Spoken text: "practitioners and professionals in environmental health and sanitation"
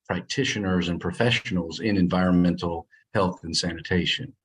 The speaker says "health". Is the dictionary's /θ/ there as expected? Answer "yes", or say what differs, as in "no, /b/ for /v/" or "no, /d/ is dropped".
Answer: yes